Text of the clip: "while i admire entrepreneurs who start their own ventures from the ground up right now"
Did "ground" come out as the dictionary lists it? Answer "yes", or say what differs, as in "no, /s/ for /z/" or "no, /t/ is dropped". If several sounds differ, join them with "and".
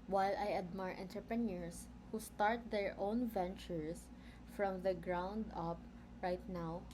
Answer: yes